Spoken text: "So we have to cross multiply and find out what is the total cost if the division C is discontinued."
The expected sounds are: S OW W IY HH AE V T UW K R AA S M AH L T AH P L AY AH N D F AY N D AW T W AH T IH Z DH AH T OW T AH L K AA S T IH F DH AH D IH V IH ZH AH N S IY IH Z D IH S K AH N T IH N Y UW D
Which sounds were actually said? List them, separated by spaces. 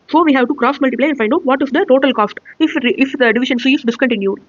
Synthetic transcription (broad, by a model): S OW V IY HH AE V T UW K R AA S M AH L T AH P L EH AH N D F AY N D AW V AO T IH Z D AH T OW T AH L K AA S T IH F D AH D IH V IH SH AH N S IY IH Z D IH S K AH N T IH N Y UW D